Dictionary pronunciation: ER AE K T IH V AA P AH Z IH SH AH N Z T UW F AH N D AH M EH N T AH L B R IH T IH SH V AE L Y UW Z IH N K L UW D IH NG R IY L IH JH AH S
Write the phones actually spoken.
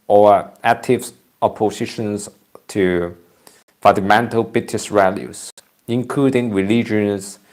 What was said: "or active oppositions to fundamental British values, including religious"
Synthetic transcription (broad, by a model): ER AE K T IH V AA P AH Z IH SH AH N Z T UW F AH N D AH M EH N T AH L B R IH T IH S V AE L Y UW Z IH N K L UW D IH NG R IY L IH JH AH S